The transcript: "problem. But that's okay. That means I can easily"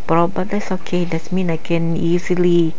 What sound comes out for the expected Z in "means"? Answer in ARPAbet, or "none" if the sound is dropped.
none